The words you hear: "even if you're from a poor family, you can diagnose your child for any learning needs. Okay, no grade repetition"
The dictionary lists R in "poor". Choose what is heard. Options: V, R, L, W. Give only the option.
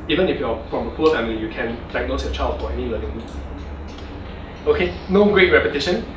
L